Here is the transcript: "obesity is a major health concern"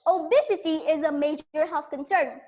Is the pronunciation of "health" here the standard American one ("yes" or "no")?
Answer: no